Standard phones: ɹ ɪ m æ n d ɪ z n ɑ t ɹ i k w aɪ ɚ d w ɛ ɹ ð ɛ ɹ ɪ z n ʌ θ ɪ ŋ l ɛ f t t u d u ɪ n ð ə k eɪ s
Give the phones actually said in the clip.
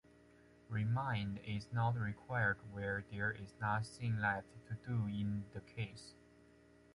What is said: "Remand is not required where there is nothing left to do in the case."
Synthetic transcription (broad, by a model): ɹ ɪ m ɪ n d ɪ z n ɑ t ɹ i k w aɪ ɚ d w ɛ ɹ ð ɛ ɹ ɪ z n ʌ s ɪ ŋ l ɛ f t t u d u ɪ n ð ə k eɪ s